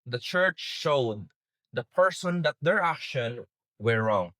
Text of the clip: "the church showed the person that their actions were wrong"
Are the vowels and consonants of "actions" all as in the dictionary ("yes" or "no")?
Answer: no